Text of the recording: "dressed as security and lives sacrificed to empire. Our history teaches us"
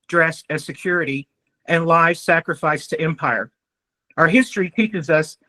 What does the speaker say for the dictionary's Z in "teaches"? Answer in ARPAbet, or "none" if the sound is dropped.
Z